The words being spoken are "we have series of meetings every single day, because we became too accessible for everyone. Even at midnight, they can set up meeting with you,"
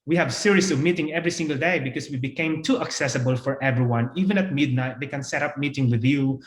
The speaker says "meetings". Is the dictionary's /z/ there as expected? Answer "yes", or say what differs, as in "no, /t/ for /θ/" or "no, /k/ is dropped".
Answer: no, /z/ is dropped